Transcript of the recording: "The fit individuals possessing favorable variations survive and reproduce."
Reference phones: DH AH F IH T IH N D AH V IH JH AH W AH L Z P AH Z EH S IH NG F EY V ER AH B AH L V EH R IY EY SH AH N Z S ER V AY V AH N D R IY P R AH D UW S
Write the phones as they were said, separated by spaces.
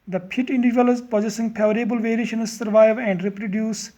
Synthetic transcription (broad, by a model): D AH P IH T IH N D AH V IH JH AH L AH Z P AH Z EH S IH NG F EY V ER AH B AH L V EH R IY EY SH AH N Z S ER V AY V AH N D R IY P R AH D UW S